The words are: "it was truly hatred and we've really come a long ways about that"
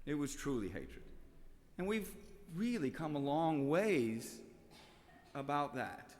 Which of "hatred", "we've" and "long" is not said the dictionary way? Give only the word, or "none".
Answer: none